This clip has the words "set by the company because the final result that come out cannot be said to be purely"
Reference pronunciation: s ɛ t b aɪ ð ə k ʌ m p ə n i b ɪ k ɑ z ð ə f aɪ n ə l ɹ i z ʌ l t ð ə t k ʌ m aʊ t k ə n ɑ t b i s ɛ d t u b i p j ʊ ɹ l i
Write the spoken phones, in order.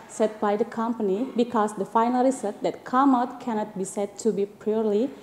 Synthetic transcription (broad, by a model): s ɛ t b aɪ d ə k ʌ m p ə n i b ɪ k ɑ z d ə f aɪ n ə l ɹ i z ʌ t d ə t k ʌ m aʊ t k ə n ɑ t b i s ɛ d t u b i p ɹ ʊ ɹ l i